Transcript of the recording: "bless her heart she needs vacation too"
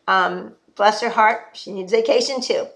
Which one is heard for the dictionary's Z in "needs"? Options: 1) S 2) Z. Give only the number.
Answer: 2